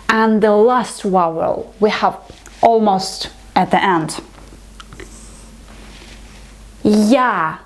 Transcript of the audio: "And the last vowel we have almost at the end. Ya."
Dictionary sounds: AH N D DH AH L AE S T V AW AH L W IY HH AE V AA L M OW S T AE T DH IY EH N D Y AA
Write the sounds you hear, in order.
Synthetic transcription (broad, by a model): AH N DH AH L AE S T W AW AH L W IY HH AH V AA L M OW S T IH T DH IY EH N D Y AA